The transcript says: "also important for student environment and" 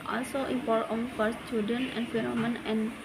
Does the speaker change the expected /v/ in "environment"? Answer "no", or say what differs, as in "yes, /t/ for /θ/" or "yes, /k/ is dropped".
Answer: yes, /f/ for /v/